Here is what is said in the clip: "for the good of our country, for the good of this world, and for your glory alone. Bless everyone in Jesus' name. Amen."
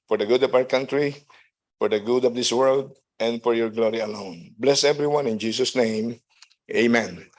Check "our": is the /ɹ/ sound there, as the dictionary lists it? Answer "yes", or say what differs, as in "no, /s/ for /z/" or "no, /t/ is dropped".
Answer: no, /w/ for /ɹ/